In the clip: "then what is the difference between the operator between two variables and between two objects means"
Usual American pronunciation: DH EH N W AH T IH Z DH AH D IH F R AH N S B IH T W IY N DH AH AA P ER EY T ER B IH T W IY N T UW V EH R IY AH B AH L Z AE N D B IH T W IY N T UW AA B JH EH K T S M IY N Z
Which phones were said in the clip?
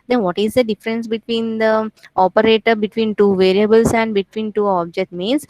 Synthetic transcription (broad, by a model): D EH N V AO T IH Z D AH D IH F R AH N S B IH T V IY N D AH AA P ER EY T ER B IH T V IY N T UW V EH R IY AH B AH L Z AE N D B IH T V IY N T UW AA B JH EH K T M IY N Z